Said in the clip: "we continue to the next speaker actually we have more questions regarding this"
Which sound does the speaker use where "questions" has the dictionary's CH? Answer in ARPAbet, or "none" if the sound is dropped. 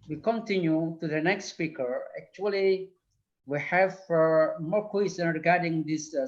none